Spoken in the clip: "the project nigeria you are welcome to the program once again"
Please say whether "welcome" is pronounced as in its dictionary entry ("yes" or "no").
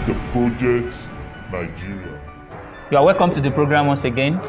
yes